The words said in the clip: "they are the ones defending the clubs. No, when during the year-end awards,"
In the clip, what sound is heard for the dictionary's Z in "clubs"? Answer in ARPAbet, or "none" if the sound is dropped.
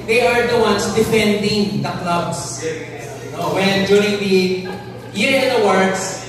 S